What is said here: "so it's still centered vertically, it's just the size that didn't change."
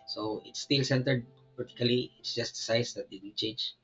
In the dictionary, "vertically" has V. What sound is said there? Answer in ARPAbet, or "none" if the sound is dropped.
P